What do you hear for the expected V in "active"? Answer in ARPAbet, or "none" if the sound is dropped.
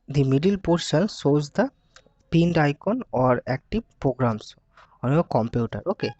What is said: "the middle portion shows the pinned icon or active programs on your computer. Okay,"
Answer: B